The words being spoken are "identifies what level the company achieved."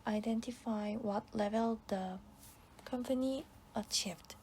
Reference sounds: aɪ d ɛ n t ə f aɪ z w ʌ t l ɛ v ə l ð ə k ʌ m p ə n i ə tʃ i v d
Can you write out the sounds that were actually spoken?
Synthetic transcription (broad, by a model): aɪ d ɛ n t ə f aɪ w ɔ t l ɛ v ə l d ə k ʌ m p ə n i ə tʃ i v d